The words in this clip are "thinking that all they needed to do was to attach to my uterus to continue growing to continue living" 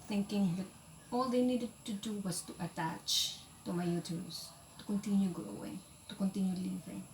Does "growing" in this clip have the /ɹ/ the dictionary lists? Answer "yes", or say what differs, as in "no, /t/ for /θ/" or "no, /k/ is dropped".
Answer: no, /ɹ/ is dropped